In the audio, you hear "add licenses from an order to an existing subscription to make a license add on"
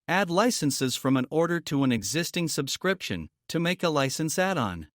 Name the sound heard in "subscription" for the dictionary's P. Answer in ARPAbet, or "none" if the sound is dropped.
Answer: P